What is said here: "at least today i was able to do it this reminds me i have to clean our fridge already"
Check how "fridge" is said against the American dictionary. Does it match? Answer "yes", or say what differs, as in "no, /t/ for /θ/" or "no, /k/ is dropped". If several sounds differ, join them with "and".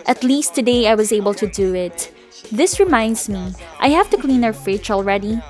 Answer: no, /tʃ/ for /dʒ/